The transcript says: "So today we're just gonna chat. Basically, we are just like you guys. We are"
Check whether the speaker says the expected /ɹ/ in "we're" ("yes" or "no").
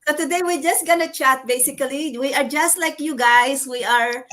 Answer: yes